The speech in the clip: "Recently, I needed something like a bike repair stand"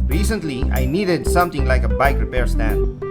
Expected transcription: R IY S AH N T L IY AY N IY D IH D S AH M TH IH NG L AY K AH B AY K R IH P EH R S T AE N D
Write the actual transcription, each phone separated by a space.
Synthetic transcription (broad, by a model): R IY S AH N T L IY AY N IY D IH D S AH M T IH NG L AY K AH B AY K R IH P EH R S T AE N